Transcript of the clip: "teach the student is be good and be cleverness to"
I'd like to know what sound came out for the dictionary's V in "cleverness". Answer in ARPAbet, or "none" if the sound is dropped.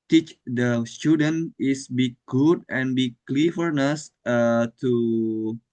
F